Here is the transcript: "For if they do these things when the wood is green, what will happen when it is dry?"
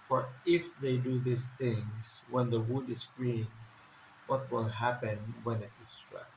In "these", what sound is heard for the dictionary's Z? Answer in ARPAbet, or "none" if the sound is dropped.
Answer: S